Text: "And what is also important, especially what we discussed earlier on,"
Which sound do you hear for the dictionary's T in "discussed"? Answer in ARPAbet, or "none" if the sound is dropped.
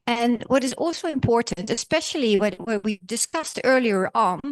T